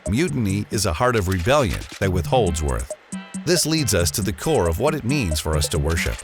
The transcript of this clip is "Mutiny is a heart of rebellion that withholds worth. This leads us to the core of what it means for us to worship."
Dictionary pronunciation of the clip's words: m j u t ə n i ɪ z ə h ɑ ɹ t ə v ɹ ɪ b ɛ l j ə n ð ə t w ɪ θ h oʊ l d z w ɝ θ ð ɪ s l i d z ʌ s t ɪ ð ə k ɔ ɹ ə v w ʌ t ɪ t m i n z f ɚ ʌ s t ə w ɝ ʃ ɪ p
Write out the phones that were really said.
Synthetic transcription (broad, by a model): m j u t n i ɪ z ə h ɑ ɹ t ə v ɹ ɪ b ɛ l j ə n ð ə t w ɪ θ h oʊ l d z w ɝ θ ð ɪ s l i d z ʌ s t ɪ ð ə k ɔ ɹ ə v w ʌ t ɪ t m i n z f ɚ ʌ s t ə w ɝ ʃ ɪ p